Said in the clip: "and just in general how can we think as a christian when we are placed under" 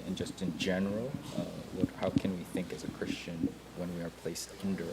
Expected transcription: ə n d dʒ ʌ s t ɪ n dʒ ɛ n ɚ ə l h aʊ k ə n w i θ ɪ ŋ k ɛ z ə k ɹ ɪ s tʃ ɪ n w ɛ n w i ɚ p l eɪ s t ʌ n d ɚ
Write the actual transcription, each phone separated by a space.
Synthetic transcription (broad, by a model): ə n dʒ ʌ s t ɪ n dʒ ɛ n ɚ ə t h aʊ k ə n w i θ ɪ ŋ k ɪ z ə k ɹ ɪ s tʃ ɪ n w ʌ n w i ɚ p l eɪ s t ʌ n d ɚ